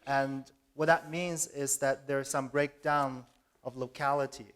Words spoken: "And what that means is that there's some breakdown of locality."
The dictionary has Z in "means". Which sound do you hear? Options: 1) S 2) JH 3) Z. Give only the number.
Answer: 3